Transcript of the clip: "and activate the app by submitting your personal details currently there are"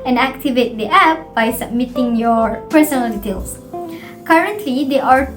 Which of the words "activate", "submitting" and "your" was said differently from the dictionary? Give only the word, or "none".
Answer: none